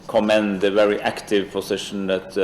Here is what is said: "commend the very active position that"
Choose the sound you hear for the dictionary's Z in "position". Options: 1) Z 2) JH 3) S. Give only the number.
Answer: 3